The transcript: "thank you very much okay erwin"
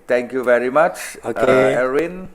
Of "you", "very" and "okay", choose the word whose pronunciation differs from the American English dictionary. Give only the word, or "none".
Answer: okay